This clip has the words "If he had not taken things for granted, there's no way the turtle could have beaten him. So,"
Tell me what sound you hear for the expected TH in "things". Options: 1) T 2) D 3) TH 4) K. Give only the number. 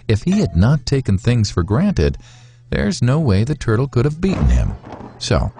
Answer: 3